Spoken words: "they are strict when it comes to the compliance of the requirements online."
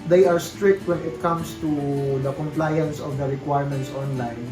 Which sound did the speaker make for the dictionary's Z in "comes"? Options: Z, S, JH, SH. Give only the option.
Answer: S